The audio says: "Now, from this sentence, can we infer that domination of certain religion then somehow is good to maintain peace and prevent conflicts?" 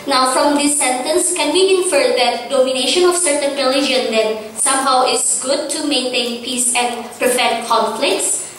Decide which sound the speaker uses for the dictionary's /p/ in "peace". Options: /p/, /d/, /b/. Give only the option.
/p/